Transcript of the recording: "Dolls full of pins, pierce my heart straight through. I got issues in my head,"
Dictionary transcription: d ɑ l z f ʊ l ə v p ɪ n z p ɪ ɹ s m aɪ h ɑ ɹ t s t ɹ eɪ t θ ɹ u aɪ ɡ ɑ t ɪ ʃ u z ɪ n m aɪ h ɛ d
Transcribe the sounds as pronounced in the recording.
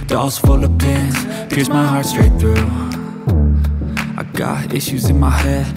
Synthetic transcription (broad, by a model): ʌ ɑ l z f ʊ l ə v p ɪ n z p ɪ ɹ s m aɪ h ɑ ɹ t s t ɹ eɪ t θ ɹ u aɪ ɡ ɑ t ɪ ʃ u z ɪ n m aɪ h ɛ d